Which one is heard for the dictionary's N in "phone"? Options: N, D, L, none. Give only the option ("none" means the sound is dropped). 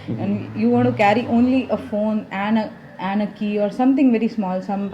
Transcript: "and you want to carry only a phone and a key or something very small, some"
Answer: N